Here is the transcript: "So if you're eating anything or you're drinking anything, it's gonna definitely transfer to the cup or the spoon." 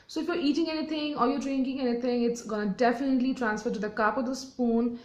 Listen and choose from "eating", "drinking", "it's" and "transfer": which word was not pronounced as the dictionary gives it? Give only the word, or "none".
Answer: none